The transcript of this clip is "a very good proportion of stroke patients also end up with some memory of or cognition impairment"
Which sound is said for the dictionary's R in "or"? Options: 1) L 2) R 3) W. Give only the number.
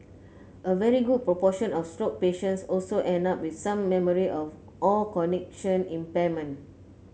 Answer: 1